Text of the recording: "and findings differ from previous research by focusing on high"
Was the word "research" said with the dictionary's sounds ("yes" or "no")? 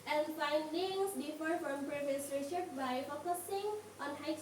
no